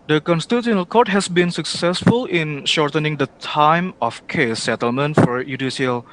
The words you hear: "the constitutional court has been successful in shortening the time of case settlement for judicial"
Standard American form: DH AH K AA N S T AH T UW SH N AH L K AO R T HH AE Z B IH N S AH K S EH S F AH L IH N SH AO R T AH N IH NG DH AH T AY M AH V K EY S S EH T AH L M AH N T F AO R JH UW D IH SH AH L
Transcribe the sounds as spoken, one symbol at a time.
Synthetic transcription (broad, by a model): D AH K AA N S T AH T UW N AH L K AO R T HH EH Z B IH N S AH K S EH S F AH L IH N SH AO R T AH N IH NG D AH T AY M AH F K EY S S EH T AH L M AH N T F AO R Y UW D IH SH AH L